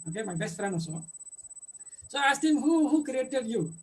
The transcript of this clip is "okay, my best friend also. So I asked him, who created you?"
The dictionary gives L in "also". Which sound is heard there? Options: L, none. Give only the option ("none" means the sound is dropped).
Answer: none